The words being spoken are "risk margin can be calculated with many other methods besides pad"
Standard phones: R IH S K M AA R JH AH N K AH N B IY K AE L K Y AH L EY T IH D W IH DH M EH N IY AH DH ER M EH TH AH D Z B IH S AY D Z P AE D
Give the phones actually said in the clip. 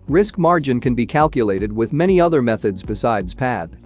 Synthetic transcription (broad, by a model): R IH S K M AA R JH AH N K AH N B IY K AE L K Y AH L EY T IH D W IH DH M EH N IY AH DH ER M EH TH AH D Z B IH S AY D Z P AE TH